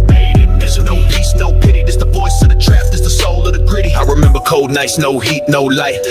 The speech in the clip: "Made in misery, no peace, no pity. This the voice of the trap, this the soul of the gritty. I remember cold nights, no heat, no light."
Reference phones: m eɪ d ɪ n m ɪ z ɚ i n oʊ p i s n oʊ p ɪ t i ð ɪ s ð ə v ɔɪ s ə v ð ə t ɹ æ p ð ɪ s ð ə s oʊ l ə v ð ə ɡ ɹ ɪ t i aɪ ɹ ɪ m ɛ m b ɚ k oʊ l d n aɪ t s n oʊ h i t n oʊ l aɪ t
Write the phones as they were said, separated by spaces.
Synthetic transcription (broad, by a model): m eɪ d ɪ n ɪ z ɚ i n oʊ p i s n oʊ p ɪ t i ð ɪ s ð ə v ɔɪ s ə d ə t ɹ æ f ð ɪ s ð ə s oʊ l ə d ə ɡ ɹ ɪ t i aɪ ɹ ɪ m ɛ m b ɚ k oʊ l d n aɪ s n oʊ h i t n oʊ l aɪ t